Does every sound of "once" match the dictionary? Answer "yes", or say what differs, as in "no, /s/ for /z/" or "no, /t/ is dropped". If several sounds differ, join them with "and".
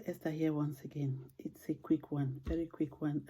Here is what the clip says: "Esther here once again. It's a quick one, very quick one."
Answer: yes